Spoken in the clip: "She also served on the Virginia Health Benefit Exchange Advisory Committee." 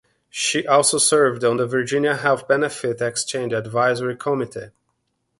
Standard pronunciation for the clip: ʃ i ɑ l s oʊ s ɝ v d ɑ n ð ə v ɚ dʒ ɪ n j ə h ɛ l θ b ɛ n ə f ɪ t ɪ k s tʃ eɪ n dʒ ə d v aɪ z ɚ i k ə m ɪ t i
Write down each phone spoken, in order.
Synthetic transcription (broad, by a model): ʃ i ɑ l s oʊ s ɝ v d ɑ n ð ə v ɚ dʒ ɪ n j ə h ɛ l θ b ɛ n ə f ɪ t ɪ k s tʃ eɪ n dʒ ə d v aɪ z ɚ i k ə m ɪ t i